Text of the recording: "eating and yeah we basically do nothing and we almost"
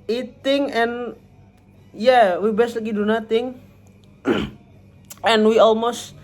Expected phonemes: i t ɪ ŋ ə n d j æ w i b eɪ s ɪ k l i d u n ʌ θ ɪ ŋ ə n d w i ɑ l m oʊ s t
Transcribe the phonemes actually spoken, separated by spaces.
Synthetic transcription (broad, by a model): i t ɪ ŋ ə n j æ w i b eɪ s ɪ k i d u n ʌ t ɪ ŋ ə n w i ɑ l m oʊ s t